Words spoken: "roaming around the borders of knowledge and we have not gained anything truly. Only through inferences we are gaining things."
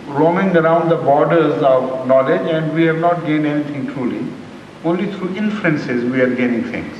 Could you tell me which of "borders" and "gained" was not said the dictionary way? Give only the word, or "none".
gained